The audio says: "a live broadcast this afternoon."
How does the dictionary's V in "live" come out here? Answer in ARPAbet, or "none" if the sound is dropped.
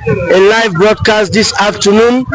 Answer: V